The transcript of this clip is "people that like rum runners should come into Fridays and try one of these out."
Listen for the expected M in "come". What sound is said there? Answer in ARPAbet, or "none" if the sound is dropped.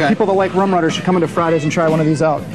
M